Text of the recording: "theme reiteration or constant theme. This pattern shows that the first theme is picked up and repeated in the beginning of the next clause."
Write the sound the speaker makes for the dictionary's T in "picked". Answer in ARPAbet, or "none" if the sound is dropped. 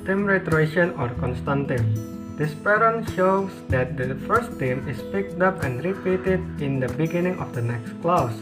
T